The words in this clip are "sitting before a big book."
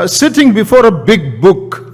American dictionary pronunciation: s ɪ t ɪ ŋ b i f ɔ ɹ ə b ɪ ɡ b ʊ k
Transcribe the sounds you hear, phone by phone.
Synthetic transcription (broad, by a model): s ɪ t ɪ ŋ b i f ɔ ɹ ə b ɪ ɡ b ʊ k